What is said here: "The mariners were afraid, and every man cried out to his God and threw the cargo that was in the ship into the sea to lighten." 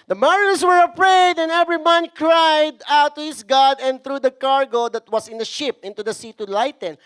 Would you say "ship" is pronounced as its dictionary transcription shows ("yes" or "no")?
yes